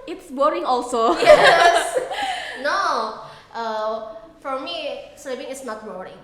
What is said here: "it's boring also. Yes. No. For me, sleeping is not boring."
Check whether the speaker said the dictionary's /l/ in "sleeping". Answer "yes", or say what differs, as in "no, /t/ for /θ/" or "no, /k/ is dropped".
no, /l/ is dropped